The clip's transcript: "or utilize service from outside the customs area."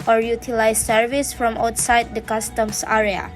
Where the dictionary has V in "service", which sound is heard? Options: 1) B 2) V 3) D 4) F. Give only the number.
2